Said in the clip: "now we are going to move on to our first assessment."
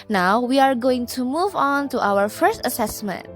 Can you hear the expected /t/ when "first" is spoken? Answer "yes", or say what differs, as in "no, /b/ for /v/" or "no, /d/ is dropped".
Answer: yes